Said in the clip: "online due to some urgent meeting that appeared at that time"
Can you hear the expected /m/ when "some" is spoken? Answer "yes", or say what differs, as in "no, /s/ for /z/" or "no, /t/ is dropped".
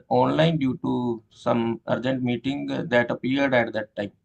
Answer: yes